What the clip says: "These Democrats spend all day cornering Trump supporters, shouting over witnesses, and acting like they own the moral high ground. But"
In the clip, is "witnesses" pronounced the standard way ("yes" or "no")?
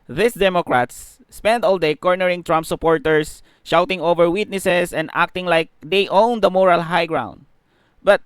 no